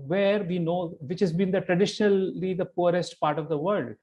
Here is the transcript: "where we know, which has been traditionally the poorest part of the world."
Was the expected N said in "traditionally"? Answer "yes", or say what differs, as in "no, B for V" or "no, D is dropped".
yes